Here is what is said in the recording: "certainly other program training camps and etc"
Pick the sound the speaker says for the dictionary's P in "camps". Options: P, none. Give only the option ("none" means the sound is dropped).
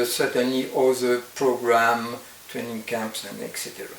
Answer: P